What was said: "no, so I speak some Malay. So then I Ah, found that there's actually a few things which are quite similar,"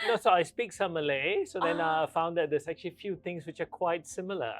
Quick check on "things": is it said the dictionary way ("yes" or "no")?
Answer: no